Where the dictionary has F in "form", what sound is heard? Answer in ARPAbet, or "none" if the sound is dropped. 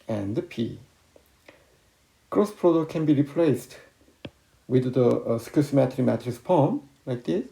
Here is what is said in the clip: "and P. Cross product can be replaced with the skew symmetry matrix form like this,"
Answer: P